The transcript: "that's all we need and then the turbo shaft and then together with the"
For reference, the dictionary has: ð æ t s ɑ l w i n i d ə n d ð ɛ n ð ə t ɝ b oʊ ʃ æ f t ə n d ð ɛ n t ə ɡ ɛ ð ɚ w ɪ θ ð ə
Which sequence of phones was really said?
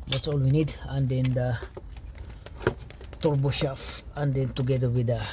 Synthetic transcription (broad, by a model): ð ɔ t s ɑ l w i n i d ə n d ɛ n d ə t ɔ b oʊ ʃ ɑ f ə n d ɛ n t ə ɡ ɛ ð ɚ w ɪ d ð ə